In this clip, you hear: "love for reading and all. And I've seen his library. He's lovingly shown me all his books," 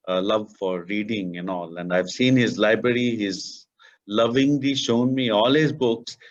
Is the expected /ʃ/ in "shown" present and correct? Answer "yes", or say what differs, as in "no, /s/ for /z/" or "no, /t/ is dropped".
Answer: yes